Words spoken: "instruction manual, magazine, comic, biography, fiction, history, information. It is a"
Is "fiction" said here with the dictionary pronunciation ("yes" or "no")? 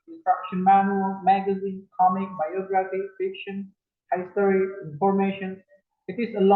yes